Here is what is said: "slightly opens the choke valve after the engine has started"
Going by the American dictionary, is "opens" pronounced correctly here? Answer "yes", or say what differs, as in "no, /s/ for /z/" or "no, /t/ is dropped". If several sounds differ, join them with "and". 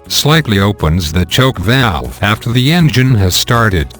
yes